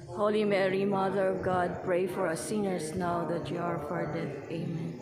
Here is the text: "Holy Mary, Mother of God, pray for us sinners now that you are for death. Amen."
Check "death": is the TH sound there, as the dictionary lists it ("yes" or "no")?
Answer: no